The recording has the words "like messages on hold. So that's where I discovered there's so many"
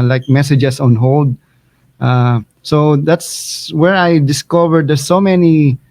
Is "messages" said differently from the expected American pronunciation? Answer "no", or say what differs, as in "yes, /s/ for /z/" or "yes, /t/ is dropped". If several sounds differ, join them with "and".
yes, /s/ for /z/